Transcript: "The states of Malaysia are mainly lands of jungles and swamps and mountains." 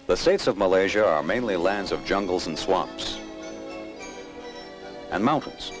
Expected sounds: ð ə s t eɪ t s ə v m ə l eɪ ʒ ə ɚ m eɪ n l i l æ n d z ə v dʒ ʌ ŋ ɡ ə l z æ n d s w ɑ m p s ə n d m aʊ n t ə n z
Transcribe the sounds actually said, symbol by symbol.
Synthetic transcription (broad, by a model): ð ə s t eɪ t s ə v m ə l eɪ ʒ ə ɚ m eɪ n l i l æ n d z ə v dʒ ʌ ŋ ɡ l z n s w ɑ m p s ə n m aʊ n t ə n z